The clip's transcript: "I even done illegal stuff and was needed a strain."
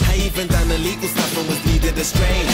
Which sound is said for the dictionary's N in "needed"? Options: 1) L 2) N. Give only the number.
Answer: 1